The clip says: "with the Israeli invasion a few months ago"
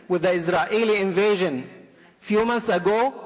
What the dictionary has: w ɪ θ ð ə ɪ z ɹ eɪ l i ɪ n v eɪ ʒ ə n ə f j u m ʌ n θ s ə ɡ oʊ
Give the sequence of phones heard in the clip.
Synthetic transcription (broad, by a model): w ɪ ð ə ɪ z ɹ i l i ɪ n v eɪ ʒ ə n f j u m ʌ n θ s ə ɡ oʊ